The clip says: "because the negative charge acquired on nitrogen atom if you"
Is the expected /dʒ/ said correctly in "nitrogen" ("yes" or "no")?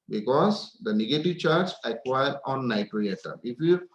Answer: no